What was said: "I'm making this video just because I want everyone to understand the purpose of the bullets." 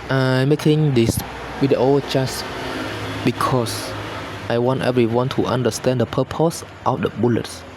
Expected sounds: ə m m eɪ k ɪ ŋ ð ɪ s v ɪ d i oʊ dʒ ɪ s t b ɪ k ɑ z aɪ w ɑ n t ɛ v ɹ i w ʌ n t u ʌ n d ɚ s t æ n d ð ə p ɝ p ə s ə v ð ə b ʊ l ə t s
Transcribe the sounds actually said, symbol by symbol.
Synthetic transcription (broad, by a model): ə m m eɪ k ɪ ŋ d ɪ s w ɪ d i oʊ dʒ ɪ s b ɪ k ɑ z aɪ w ɑ n t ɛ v ɹ i w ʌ n t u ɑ n d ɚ s t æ n d ə p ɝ p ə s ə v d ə b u l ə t s